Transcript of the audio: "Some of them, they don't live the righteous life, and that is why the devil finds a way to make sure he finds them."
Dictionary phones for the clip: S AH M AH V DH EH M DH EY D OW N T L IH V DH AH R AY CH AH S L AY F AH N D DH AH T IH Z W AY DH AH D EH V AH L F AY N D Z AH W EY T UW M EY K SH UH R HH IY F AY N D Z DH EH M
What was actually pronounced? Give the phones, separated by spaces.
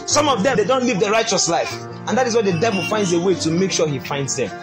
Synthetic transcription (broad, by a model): S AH M AH V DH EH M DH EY D OW N T L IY V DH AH R AY CH AH S L AY F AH N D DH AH T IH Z W AY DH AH D EH V AH L F AY N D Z AH W EY T UW M EY K SH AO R HH IY F AY N D Z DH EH M